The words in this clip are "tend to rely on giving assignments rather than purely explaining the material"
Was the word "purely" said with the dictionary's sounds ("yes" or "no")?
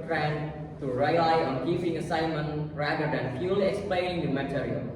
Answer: no